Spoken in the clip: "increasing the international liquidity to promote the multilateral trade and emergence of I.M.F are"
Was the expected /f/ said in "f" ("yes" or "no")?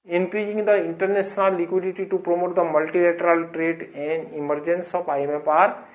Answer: no